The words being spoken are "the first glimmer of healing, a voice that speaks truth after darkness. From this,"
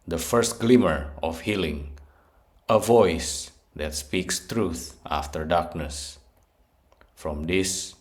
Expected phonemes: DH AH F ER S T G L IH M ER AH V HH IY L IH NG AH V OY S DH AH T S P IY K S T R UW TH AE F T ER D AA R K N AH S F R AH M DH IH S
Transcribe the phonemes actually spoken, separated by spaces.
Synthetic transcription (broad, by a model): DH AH F ER S T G L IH M ER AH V HH IY L IH NG AH V OY S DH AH T S P IY K S T R UW TH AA F T ER D AA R K N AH S F R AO M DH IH S